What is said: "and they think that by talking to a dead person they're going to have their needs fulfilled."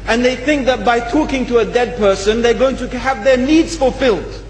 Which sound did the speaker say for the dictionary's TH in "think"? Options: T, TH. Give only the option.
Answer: TH